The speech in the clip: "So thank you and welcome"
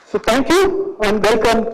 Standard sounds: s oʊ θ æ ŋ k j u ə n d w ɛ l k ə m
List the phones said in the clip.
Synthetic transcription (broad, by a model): s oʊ t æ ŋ k j u ə n d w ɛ l k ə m